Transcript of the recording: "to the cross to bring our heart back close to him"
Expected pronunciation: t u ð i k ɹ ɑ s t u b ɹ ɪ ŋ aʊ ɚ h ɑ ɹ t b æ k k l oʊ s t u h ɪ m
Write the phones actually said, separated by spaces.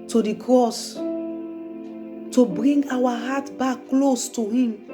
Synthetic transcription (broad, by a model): t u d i k ɹ ɑ s t u b ɹ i ŋ aʊ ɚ h ɑ t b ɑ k k l oʊ s t u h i m